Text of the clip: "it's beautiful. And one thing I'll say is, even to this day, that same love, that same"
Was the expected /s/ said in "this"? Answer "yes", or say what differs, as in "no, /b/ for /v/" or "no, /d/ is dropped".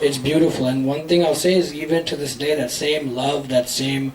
yes